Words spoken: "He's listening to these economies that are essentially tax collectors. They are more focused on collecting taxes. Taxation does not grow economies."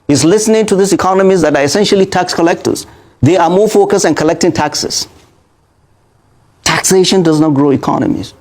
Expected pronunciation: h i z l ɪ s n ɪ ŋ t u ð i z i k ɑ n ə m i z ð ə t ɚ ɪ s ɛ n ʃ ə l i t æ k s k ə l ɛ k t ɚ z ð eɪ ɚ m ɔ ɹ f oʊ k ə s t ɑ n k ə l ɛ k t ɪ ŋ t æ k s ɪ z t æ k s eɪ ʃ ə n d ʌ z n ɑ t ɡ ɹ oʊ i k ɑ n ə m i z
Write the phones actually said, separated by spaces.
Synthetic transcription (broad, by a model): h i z l ɪ s n ɪ ŋ t u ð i s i k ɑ n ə m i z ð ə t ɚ ɪ s ɛ n ʃ ə l i t æ k s k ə l ɛ k t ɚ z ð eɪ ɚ m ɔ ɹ f oʊ k ə s t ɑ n k ə l ɛ k t ɪ ŋ t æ k s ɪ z t æ k s eɪ ʃ ə n d ʌ z n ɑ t ɡ ɹ oʊ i k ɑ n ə m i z